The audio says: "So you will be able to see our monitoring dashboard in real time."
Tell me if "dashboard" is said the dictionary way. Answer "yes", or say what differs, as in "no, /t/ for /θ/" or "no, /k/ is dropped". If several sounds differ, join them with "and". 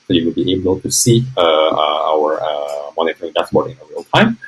no, /s/ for /ʃ/